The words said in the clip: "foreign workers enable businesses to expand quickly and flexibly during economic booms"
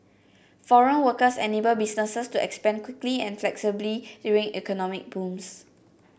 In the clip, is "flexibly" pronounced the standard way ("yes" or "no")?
yes